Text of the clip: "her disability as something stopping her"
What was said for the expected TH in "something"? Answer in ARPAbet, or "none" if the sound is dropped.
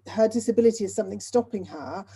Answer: TH